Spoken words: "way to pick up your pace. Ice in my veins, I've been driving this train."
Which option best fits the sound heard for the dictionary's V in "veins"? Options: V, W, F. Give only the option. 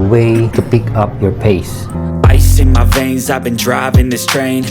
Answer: V